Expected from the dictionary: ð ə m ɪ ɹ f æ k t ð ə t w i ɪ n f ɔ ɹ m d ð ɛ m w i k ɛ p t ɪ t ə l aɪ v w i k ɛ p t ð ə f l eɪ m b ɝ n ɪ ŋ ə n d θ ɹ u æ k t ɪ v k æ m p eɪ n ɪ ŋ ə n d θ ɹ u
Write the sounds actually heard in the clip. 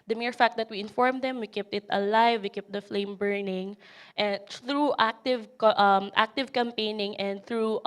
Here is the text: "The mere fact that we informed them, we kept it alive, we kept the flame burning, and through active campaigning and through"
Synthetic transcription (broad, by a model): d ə m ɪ ɹ f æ k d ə t w i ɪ n f ɔ ɹ m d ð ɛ m w i k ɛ p t ɪ t ə l aɪ v w i k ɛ p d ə f l eɪ m b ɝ n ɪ ŋ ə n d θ ɹ u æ k t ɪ v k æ m p eɪ n ɪ ŋ ə n d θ ɹ u